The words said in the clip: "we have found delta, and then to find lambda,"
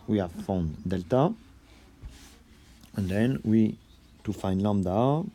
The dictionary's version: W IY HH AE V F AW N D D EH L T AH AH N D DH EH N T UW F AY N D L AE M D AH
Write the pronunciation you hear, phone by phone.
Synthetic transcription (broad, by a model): W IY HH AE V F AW N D D EH L T AH AH N D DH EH N T UW F AY N D L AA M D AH